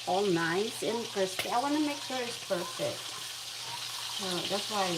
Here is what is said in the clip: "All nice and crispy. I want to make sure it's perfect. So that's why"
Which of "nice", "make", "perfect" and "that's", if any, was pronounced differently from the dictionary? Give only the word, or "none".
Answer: none